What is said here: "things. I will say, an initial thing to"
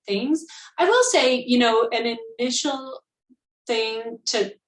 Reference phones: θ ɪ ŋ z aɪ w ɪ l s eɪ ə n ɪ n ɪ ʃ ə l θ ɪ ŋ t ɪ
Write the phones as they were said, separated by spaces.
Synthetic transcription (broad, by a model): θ ɪ ŋ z aɪ w ɪ l s eɪ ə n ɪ n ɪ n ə l θ ɪ ŋ t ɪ